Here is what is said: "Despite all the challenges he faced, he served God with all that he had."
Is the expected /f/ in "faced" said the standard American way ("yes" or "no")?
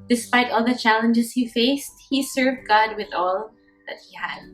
yes